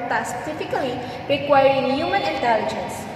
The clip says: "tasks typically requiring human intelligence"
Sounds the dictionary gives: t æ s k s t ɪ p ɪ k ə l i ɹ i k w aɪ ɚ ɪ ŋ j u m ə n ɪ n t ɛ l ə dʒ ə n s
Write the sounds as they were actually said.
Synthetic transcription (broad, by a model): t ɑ s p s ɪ f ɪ k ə l i ɹ i k w aɪ ɚ ɪ ŋ j u m ə n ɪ n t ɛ l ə dʒ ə n s